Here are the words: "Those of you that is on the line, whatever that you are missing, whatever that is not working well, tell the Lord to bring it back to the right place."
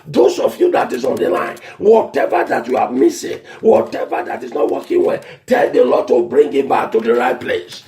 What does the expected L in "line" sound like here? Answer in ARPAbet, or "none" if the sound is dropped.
L